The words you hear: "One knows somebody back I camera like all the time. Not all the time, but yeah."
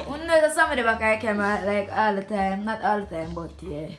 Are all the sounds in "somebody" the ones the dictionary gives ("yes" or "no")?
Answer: no